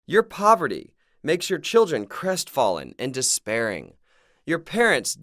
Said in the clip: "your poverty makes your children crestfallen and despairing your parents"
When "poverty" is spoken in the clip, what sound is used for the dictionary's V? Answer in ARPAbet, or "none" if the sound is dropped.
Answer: V